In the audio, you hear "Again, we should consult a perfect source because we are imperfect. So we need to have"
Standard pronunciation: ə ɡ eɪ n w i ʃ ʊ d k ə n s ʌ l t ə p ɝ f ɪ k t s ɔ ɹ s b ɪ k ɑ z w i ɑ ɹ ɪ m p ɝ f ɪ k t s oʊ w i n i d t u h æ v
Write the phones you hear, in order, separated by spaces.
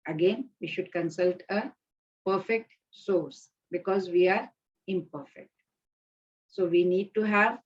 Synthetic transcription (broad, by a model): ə ɡ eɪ n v i ʃ ʊ d k ə n s ʌ l t ə p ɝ f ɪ k t s ɔ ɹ s b ɪ k ɑ z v i ɑ ɹ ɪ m p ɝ f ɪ k t s oʊ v i n i d t u h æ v